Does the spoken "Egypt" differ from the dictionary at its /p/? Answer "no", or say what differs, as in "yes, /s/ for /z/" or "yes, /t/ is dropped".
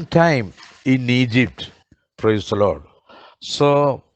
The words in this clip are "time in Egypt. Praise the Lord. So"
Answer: no